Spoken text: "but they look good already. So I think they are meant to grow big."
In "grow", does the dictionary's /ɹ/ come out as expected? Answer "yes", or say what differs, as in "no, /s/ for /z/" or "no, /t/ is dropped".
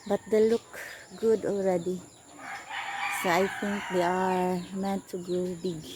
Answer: no, /ɹ/ is dropped